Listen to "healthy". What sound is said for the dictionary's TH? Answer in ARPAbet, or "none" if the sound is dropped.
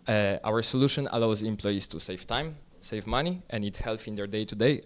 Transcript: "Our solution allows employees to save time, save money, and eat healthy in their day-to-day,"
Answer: F